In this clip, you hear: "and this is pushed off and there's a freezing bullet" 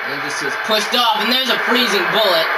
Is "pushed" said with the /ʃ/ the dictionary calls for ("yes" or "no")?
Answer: no